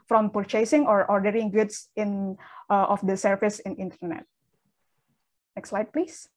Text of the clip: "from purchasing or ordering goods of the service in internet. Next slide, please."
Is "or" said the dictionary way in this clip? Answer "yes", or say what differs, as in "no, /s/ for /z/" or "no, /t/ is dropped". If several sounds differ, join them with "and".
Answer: yes